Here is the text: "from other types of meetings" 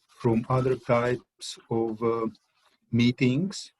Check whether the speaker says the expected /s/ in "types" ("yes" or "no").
yes